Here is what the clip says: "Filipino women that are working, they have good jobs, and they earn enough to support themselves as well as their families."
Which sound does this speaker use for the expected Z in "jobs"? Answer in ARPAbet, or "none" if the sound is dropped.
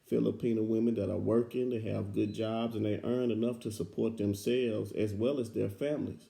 Z